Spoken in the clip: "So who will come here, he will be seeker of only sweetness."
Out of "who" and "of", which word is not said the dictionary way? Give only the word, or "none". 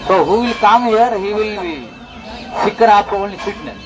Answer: of